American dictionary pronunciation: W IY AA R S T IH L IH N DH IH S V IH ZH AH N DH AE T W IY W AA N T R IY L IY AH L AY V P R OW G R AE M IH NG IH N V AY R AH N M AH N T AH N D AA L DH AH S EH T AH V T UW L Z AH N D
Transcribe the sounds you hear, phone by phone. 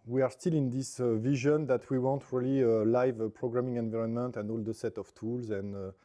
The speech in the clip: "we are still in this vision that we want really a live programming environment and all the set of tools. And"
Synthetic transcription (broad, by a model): W IY AA R S T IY L IH N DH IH S V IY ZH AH N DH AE T W IY W AA N T R IY L IY AH L AY V P R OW G R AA M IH NG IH N V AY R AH N M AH N T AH N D AA L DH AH S EH T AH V T UW L Z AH N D